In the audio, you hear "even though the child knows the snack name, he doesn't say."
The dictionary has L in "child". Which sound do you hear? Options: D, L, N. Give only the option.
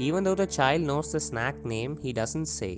L